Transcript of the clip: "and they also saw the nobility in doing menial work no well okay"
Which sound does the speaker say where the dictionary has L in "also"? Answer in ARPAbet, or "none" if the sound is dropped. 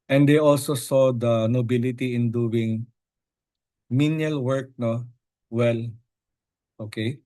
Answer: L